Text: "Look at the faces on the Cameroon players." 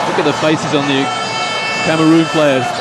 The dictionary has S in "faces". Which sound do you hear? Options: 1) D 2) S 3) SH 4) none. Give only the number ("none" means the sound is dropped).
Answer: 2